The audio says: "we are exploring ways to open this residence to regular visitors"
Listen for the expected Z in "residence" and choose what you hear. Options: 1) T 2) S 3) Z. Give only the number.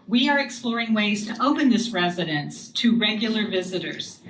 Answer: 3